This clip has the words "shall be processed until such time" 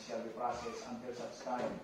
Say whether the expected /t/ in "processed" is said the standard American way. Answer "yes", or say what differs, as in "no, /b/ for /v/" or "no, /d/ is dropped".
no, /t/ is dropped